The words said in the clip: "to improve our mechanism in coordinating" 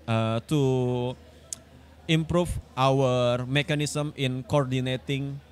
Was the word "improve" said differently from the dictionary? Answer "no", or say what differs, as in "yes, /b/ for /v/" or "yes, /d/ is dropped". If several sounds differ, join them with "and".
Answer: yes, /f/ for /v/